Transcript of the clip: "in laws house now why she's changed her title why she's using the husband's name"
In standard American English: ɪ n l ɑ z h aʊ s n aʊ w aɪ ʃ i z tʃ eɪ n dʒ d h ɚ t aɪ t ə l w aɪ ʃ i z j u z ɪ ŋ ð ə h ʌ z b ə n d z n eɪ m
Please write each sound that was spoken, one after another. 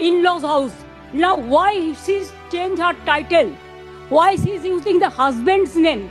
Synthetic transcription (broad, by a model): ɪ n l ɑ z h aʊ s n aʊ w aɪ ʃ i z tʃ eɪ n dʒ h ɚ t aɪ t ə l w aɪ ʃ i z j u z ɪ ŋ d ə h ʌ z b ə n d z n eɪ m